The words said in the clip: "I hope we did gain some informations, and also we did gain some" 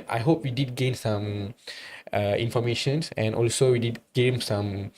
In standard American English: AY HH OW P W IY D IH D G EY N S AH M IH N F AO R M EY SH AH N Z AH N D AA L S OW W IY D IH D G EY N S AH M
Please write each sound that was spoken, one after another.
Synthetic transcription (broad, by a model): AY HH OW P W IY D IH D G EY N S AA M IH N F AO M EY SH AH N S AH N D AA L S OW W IY D IH D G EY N S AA M